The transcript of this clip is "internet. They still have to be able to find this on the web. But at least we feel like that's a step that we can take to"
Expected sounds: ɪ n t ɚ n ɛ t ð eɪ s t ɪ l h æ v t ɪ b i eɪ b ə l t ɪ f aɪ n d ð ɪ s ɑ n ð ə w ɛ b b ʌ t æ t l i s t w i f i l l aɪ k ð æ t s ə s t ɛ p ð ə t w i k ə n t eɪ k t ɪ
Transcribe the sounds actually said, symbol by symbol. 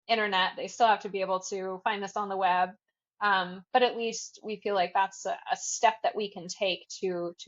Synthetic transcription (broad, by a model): ɪ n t ɚ n ɛ t ð eɪ s t ɪ l h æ f t ɪ b i eɪ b l t ɪ f aɪ n ð ɪ s n ð ə w ɛ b b ʌ t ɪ t l i s t w i f i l l aɪ k ð æ t s ə s t ɛ p ð ə t w i k ə n t eɪ k t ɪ